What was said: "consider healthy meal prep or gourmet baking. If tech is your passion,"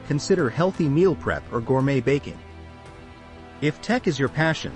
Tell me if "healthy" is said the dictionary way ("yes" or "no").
yes